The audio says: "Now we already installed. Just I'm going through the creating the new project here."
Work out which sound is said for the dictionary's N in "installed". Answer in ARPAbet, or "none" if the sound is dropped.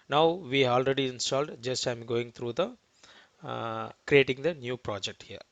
N